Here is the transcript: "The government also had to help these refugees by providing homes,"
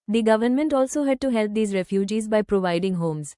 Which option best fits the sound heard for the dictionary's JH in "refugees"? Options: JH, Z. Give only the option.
JH